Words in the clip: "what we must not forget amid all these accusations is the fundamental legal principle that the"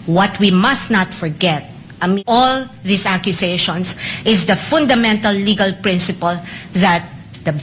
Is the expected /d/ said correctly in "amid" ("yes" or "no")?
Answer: no